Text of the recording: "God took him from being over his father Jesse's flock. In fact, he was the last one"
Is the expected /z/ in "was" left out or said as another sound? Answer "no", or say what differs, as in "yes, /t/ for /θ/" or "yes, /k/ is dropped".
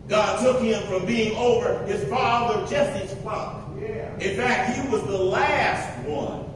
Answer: no